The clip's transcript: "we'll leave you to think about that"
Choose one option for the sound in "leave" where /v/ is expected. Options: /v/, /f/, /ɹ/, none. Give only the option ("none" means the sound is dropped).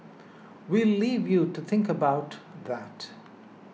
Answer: /v/